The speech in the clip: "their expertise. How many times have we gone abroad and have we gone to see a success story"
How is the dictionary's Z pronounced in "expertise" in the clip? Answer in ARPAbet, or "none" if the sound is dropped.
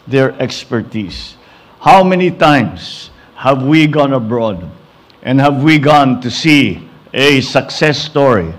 S